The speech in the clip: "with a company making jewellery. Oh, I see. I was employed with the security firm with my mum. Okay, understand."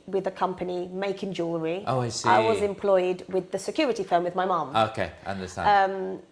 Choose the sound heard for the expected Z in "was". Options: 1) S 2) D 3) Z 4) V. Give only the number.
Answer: 3